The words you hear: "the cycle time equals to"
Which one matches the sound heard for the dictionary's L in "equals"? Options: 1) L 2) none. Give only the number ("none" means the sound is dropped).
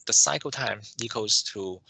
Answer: 2